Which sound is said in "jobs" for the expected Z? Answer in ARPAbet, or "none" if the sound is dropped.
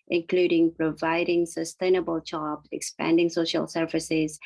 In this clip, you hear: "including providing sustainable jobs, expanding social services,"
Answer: none